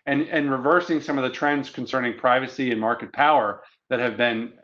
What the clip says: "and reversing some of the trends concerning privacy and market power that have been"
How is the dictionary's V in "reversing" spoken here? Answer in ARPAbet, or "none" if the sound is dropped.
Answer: V